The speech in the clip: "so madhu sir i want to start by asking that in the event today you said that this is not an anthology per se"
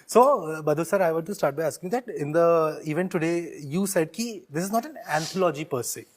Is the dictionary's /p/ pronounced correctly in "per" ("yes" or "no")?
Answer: yes